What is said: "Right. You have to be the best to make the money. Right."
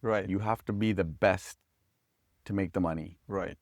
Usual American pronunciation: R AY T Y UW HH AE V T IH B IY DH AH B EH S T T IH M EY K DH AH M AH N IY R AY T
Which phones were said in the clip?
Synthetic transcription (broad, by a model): R AY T Y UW HH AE F T IH B IY DH AH B EH S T T IH M EY K DH AH M AH N IY R AY T